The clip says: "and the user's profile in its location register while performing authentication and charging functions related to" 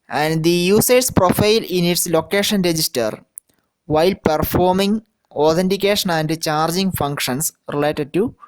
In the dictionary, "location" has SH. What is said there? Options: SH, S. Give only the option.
SH